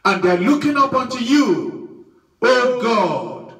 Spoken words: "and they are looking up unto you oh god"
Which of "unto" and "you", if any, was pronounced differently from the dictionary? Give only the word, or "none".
none